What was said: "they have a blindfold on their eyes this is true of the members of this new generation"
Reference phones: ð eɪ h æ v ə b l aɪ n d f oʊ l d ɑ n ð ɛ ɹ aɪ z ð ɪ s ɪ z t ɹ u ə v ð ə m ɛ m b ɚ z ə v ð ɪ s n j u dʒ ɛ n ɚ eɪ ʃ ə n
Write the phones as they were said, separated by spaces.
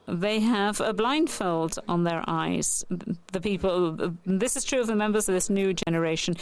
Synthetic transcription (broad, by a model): ð eɪ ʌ v ə b l aɪ n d f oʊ l d n ð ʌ ɹ aɪ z ð ɪ s ɪ z t ɹ u ə v ð ə m ɛ m b ɚ z ə v ð ɪ s n j u dʒ ɛ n ɚ eɪ ʃ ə n